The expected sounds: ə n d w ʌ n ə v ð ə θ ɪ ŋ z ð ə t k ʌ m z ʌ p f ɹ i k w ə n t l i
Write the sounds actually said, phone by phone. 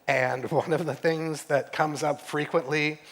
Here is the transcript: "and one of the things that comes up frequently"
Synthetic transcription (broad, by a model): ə n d w ʌ n ə v ð ə θ ɪ ŋ z ð ə t k ʌ m z ʌ p f ɹ i k w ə n t l i